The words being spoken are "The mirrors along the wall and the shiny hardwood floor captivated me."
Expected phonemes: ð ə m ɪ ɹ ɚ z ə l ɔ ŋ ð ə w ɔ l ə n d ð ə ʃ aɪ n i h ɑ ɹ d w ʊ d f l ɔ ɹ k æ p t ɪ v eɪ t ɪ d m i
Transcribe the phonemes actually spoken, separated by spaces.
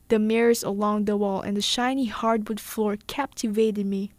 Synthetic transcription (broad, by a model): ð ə m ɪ ɹ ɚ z ə l ɔ ŋ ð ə w ɔ l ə n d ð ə ʃ aɪ n i h ɑ ɹ d w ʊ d f l ɔ ɹ k æ p t ɪ v eɪ t ɪ d m i